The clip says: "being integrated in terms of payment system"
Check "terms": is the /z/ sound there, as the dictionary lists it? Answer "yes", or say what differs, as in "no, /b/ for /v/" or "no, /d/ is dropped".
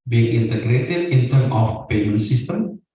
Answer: no, /z/ is dropped